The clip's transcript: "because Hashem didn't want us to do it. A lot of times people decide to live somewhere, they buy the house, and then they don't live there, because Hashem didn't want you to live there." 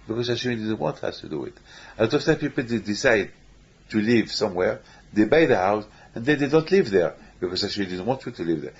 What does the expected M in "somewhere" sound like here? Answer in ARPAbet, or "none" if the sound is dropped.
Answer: M